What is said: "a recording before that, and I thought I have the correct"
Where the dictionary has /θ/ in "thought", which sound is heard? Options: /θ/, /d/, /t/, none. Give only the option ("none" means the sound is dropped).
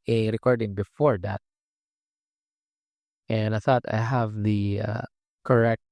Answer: /θ/